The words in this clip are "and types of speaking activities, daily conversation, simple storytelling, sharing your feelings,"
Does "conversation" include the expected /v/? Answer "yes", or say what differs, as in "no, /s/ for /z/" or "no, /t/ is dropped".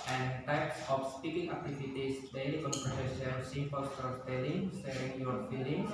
no, /p/ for /v/